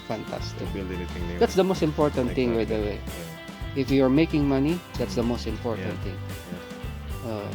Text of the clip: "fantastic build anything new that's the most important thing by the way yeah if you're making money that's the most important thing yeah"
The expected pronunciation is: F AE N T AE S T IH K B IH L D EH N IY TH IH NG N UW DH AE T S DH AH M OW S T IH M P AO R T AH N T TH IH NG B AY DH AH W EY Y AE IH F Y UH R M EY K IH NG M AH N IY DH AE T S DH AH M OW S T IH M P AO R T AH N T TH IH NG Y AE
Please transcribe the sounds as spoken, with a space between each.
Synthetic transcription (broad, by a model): F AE N T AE S T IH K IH D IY T S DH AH M OW S T IH M P AO R T AH N T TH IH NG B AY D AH W EY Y IH F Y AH R M EY K IH NG M AH N IY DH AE T S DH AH M OW S T IH M P AO R T AH N T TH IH NG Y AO